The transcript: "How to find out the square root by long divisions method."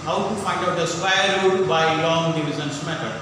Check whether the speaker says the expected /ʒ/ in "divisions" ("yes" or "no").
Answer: no